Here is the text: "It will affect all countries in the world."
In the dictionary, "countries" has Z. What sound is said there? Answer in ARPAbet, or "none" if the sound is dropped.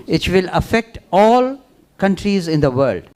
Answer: Z